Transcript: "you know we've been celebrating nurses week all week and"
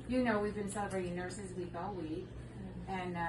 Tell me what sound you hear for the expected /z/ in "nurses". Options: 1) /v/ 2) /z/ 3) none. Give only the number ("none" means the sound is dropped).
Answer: 2